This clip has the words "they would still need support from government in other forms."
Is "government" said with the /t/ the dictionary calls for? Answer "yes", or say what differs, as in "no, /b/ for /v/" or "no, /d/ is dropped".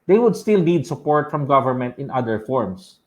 yes